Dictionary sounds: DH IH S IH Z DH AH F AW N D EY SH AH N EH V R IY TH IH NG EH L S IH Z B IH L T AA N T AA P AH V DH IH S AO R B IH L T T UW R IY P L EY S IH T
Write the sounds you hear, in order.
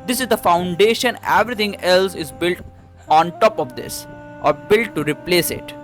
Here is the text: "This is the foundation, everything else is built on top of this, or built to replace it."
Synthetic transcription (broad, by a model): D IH S IH Z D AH F AW N D EY SH AH N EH V R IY T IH NG EH L S IH Z B IH L T AA N T AA P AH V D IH S AO R B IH L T T UW R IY P L EY S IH T